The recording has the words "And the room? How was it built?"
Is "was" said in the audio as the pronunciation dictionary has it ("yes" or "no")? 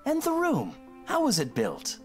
yes